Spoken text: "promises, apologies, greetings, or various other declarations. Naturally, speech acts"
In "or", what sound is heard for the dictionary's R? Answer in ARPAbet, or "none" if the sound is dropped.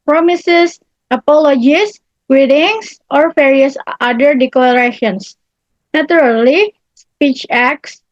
R